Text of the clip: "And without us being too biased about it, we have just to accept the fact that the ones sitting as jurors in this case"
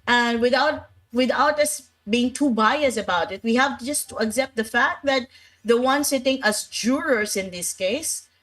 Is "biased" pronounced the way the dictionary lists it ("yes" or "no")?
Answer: no